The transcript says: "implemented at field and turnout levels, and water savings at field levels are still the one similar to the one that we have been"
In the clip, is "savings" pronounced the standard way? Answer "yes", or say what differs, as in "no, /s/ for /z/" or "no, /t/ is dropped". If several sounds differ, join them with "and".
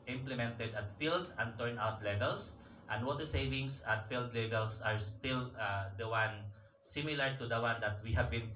no, /s/ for /z/